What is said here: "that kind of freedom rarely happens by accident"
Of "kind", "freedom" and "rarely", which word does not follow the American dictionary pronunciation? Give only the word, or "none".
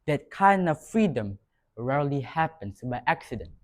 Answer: none